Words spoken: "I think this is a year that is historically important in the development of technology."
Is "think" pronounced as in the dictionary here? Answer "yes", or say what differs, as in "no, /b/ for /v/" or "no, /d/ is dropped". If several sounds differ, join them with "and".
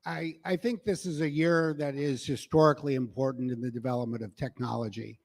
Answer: yes